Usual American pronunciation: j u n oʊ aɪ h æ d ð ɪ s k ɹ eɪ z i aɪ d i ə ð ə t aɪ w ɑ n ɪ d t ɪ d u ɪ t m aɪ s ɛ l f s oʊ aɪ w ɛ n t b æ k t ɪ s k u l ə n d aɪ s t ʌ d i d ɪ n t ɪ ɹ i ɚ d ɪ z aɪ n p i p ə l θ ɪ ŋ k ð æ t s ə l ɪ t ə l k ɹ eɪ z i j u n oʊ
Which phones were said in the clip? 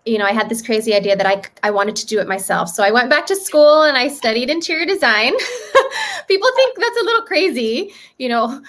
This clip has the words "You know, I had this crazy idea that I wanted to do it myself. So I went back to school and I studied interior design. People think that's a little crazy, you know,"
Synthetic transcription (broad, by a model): j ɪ n oʊ aɪ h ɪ d ð ɪ s k ɹ eɪ z i aɪ d i ə ð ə t aɪ w ɑ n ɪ d t ɪ d ɪ t m aɪ s ɛ l f s oʊ aɪ w ɛ n b æ k t ɪ s k u l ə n aɪ s t ʌ d i d ɪ n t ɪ ɹ d ɪ z aɪ n p i p l θ ɪ ŋ k ð æ t s ə l ɪ t l k ɹ eɪ z i j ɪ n oʊ